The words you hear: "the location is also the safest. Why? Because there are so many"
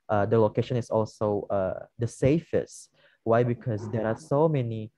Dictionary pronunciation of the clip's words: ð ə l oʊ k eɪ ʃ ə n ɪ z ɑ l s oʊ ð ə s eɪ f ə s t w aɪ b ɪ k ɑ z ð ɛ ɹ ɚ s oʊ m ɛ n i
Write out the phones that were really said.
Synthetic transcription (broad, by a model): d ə l oʊ k eɪ ʃ ə n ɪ s ɑ l s oʊ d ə s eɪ f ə s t w aɪ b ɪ k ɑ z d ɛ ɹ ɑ s oʊ m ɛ n i